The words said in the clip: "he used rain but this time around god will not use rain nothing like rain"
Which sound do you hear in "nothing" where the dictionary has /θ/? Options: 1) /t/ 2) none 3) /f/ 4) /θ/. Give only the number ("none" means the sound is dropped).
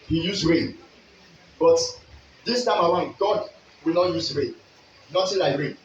1